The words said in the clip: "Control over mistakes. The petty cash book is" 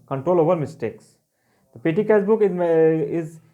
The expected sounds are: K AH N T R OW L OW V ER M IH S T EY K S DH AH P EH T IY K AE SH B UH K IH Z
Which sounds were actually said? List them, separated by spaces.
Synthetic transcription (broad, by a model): K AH N T R OW L OW V ER M IH S T EY K S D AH P EH T IY K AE S B UH K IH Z